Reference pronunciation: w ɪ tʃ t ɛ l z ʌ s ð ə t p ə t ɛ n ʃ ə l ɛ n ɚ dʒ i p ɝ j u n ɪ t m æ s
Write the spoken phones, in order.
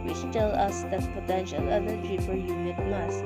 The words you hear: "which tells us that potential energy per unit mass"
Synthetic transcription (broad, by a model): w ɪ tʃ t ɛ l ʌ s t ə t p ə t ɛ n ʃ ə l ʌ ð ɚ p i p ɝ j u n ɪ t m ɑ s